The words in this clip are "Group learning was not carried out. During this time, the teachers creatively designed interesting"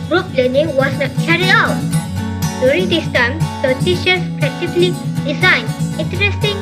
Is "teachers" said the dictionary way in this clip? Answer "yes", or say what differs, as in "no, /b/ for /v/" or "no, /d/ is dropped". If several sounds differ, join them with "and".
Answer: no, /ʃ/ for /tʃ/ and /s/ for /z/